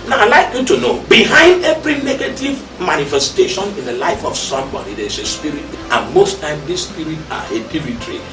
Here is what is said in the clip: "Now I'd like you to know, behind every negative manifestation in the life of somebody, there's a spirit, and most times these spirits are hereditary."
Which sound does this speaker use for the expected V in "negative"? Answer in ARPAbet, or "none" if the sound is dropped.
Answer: V